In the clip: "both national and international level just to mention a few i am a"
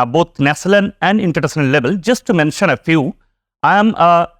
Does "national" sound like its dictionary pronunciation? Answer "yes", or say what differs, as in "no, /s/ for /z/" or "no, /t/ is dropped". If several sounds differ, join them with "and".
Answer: no, /n/ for /l/